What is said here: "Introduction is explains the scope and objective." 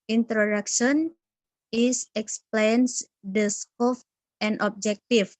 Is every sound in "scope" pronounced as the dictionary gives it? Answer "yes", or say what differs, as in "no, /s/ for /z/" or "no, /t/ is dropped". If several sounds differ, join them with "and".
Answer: no, /f/ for /p/